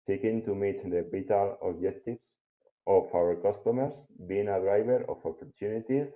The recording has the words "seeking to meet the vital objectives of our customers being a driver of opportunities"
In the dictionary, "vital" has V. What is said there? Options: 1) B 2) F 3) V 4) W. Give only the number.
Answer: 1